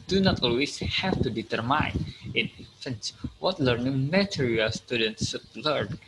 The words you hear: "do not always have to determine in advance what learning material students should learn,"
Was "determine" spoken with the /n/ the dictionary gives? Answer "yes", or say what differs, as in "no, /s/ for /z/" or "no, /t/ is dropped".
no, /n/ is dropped